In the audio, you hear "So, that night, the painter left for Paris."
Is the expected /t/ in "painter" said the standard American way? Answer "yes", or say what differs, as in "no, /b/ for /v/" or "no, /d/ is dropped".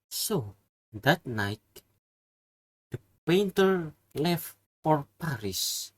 yes